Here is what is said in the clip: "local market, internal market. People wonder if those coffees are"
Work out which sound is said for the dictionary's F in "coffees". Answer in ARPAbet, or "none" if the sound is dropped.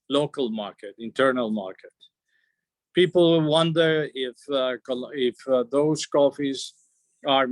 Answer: F